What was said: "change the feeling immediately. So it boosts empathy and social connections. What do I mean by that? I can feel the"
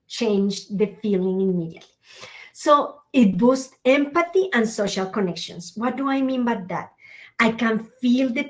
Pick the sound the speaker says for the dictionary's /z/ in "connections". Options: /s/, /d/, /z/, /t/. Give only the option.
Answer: /s/